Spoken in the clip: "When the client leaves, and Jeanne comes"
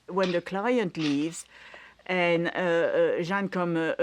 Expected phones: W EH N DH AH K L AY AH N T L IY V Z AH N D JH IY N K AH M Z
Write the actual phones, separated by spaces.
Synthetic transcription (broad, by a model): W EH N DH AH K L AY AH N T L IY V Z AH N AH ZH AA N K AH M